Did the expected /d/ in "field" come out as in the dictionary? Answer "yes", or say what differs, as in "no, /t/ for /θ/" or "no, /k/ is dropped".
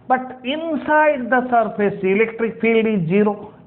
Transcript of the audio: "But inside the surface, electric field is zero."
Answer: yes